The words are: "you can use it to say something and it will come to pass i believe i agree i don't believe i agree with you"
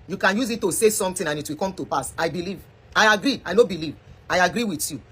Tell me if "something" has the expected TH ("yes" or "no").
no